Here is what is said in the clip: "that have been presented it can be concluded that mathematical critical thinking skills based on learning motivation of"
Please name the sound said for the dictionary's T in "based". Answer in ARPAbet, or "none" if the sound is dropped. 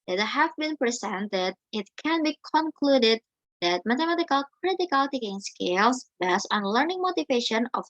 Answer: none